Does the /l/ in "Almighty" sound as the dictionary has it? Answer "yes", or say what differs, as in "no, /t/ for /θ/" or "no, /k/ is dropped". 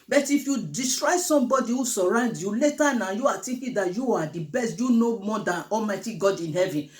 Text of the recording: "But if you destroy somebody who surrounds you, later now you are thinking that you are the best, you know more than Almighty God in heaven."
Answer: yes